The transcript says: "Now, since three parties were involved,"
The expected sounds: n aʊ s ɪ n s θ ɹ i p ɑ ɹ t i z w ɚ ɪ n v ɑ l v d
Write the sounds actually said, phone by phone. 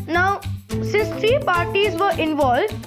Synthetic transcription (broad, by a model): n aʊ s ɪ s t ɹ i p ɑ ɹ t i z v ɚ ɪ n v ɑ l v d